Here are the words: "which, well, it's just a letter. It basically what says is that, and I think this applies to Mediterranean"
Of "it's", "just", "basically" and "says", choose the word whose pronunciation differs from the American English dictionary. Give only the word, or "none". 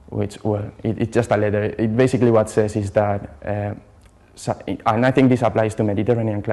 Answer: says